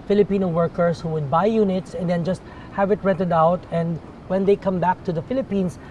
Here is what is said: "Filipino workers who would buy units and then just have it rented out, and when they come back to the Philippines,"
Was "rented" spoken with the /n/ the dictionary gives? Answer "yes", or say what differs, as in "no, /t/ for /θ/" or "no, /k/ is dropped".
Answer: no, /n/ is dropped